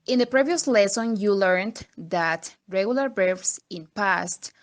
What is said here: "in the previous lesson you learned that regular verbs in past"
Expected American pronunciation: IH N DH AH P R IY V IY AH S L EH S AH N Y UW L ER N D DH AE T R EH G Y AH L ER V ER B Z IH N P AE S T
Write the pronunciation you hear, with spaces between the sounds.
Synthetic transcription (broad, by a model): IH N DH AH P R IY V IY AH S L EH S AH N Y UW L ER N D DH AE T R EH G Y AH L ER B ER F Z IH N P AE S T